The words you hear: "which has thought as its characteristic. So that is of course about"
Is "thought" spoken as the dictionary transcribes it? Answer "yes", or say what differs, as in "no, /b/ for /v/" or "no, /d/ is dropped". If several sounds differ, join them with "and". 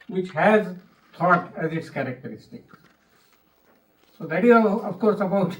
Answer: no, /t/ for /θ/